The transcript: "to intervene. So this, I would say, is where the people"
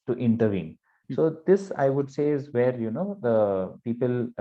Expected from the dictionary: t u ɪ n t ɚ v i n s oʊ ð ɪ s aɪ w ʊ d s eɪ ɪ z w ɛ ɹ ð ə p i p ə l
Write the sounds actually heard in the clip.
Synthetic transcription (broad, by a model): t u ɪ n t ɚ v i n s oʊ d ɪ s aɪ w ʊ d s eɪ ɪ z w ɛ ɹ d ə p i p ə l